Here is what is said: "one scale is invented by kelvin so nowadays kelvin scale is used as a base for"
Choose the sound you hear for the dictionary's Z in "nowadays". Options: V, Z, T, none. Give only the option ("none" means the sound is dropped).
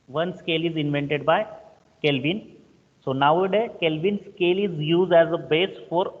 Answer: none